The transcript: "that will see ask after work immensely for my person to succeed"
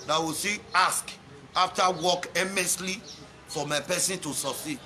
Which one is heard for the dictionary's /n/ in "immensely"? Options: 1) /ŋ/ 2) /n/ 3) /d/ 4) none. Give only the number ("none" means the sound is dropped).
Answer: 4